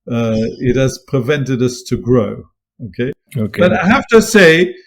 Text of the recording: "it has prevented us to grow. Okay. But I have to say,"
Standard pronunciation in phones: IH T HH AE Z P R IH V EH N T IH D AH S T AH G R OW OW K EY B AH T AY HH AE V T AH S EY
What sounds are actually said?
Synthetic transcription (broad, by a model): IH T HH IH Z P R IH V EH N T IH D AH S T AH G R OW OW K EY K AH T AY HH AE F T AH S EY